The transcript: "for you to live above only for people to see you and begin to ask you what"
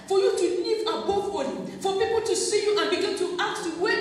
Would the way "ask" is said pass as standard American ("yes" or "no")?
no